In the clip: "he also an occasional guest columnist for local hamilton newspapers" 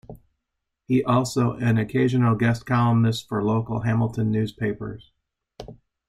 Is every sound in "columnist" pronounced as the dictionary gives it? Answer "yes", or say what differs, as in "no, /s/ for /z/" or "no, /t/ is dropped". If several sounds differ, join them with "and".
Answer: no, /n/ is dropped